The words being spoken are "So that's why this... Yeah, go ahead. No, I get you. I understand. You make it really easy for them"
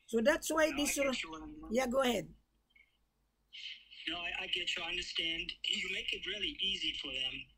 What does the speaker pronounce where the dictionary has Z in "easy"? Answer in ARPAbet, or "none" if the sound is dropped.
Z